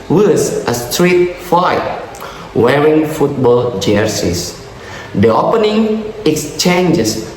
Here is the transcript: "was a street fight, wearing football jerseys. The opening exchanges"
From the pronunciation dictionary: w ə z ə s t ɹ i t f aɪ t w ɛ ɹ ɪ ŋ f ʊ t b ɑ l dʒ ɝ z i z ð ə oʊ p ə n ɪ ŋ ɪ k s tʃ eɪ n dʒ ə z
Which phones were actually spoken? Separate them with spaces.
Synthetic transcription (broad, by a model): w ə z ə s t ɹ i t f aɪ t w ɛ ɹ ɪ ŋ f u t b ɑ l dʒ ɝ s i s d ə oʊ p ə n ɪ ŋ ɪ k s tʃ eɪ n dʒ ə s